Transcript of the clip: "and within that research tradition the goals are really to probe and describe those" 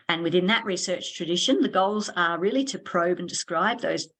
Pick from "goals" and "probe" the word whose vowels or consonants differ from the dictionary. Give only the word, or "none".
none